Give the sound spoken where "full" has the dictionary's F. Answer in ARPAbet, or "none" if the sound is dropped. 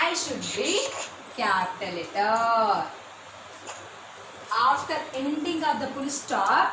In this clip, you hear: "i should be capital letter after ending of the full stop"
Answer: P